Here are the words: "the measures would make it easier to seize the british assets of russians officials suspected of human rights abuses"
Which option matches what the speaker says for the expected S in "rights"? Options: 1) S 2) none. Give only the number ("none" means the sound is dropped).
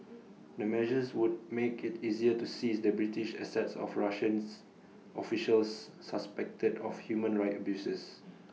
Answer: 2